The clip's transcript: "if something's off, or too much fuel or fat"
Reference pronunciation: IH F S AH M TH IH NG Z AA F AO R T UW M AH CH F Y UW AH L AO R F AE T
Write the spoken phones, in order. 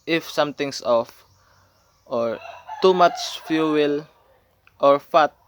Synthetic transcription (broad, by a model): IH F S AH M T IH NG S AA F AO R T UW M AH CH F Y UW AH L AO R F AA T